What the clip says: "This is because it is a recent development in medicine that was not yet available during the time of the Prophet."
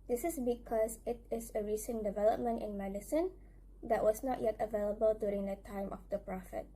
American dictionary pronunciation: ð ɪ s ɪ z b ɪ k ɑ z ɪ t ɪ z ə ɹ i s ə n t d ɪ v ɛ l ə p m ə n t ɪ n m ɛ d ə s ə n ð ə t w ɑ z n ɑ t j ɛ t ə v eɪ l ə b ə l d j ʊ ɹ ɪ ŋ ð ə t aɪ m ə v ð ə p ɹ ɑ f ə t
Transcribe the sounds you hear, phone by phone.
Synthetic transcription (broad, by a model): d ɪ s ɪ s b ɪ k ɑ s ɪ t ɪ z ə ɹ i s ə n d ɪ v ɛ l ə p m ə n t ɪ n m ɛ d ə s ə n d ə t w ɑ s n ɑ t j ɛ t ə v eɪ l ə b ə l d j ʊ ɹ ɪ ŋ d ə t aɪ m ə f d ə p ɹ ɑ f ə t